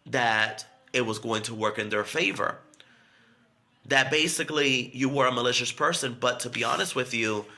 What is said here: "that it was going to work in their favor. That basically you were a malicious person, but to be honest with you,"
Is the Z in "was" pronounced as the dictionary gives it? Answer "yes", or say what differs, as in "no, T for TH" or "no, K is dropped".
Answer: yes